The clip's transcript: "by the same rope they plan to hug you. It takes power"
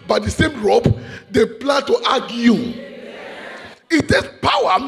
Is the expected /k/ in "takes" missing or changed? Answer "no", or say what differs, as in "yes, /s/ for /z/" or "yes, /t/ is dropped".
yes, /k/ is dropped